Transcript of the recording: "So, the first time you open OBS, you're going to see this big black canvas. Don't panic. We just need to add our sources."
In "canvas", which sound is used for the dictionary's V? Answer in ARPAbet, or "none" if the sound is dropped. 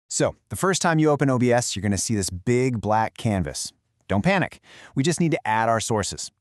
V